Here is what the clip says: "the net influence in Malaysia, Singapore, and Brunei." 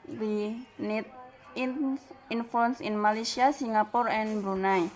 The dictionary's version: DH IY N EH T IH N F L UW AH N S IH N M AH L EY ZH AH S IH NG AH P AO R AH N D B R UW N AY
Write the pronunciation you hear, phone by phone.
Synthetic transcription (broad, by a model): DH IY N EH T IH N F UW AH N S IH N M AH L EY S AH S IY NG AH P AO R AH N B R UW N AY